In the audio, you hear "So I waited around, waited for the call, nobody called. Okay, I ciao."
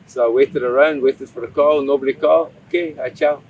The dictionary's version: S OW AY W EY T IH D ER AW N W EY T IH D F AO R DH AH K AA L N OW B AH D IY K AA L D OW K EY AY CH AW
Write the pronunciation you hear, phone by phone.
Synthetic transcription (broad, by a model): S OW AY W EY T IH D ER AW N W EY T IH D F AO R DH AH K AA L N OW B AH D IY K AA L OW K EY AY CH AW